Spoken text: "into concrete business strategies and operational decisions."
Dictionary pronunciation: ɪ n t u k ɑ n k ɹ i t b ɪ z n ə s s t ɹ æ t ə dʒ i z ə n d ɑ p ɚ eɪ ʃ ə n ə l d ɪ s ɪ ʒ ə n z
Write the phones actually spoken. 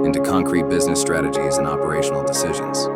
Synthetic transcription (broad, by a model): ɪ n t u k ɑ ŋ k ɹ i t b ɪ z n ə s s t ɹ æ t ə dʒ i z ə n ɑ p ɚ eɪ ʃ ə n l d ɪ s ɪ ʒ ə n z